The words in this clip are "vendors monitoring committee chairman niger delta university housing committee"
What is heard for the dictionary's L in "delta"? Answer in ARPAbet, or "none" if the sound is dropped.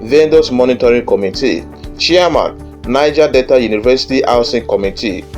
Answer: none